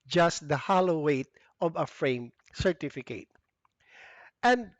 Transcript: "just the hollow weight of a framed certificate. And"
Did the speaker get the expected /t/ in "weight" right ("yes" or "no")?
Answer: yes